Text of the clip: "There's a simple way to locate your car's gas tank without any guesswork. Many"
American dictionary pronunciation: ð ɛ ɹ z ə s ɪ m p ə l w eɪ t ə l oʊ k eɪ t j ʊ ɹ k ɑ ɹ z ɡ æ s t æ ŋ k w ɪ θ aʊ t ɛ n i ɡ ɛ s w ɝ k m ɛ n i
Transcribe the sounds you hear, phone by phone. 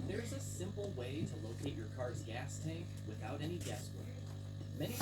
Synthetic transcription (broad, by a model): ð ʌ ɹ z ə s ɪ m p l w eɪ t ə l oʊ k eɪ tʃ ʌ ɹ k ɑ ɹ z ɡ æ s t æ ŋ k w ɪ θ aʊ t ɛ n i ɡ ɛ s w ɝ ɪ m ɛ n i